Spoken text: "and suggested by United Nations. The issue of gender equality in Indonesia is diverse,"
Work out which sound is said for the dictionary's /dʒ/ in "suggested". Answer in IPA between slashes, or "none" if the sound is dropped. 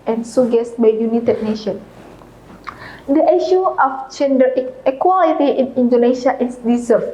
none